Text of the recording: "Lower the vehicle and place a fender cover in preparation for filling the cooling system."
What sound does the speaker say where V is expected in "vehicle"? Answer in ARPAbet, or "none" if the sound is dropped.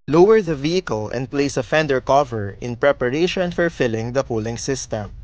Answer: V